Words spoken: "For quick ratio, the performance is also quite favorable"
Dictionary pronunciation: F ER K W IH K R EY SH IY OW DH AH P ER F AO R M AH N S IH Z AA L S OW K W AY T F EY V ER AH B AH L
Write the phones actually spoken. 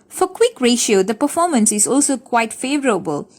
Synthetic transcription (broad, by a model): F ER K W IH K R EY SH IY OW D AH P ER F AO M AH N S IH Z AA L S OW K W AY T F EY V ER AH B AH L